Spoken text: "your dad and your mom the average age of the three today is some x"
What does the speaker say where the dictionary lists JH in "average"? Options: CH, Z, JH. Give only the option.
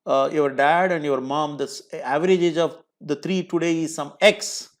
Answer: JH